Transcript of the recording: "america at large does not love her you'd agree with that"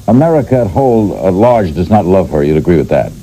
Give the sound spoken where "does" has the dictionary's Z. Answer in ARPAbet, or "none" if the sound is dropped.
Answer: Z